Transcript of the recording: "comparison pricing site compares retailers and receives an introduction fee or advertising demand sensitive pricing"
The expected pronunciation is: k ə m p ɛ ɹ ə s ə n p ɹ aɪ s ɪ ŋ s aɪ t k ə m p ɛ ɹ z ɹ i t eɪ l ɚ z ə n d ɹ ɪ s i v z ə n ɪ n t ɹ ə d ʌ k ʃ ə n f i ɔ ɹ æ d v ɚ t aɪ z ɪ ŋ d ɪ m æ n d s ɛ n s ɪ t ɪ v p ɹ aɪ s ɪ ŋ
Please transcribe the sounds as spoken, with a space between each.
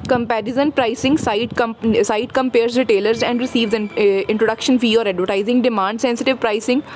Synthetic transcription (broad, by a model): k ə m p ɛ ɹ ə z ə n p ɹ aɪ s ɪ ŋ s aɪ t k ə m p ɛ ɹ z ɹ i t eɪ l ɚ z ə n d ɹ ɪ s i v z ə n ɪ n t ɹ ə d ʌ k ʃ ə n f i ɔ ɹ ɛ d v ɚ t aɪ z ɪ ŋ d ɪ m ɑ n d s ɛ n s ɪ t ɪ v p ɹ aɪ s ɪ ŋ